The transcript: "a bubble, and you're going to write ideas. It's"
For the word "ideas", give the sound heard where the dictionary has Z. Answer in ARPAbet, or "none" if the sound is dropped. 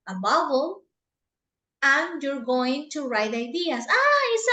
S